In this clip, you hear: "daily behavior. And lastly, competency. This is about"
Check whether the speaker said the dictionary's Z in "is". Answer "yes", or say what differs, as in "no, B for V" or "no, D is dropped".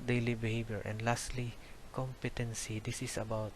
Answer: no, S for Z